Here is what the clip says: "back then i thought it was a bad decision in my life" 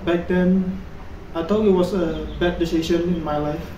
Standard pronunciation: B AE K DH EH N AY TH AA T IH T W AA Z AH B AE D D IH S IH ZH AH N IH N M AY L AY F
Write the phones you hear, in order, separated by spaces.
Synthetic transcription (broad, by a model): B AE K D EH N AY T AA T IH T W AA S AH B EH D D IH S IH SH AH N IH N M AY L AY F